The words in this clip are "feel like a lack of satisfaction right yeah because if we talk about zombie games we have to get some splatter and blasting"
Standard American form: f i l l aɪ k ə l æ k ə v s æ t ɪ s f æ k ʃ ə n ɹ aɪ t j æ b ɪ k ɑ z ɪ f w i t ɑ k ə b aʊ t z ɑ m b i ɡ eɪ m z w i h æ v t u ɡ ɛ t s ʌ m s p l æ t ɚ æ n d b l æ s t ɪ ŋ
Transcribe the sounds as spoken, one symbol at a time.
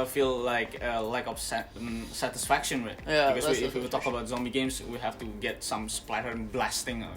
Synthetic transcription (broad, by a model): f i l l aɪ k ə l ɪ k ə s s æ t ɪ s f æ k ʃ ə n w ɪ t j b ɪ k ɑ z ɪ f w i t ɑ k ə b aʊ t z ɑ m b i ɡ eɪ m s w i h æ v t u ɡ ɛ t s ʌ m s p l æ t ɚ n b l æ s t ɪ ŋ